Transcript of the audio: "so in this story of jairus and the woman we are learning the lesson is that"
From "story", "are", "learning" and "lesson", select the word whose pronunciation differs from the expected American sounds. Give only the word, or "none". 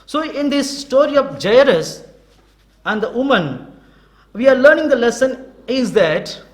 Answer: none